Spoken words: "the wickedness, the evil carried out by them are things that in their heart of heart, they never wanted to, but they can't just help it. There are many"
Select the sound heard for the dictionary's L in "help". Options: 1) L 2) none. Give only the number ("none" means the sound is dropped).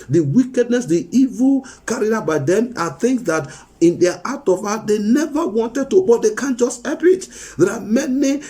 2